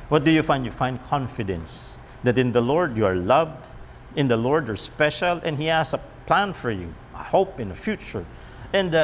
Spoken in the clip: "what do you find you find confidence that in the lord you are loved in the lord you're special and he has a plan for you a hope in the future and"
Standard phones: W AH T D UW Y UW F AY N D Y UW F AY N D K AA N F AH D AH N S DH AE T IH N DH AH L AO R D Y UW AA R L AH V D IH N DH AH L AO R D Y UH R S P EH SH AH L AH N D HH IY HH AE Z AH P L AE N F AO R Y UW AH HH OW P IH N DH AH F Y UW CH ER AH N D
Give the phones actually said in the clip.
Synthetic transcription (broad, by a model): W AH T D UW Y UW F AY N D Y UW F AY N D K AA N F AH D AH N S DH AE T IH N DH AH L AO R D Y UW AA R L AH V D IH N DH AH L AO R D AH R S P EH SH AH L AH N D HH IY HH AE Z AH P L AE N F AO R Y UW AH HH OW P IH N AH F Y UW CH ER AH N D